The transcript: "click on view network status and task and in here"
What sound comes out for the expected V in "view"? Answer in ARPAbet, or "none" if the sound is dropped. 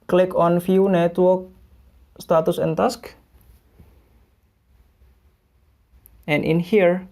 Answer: F